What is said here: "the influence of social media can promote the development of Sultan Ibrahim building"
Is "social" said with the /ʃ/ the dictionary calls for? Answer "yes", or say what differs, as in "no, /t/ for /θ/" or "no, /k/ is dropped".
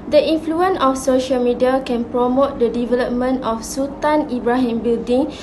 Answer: yes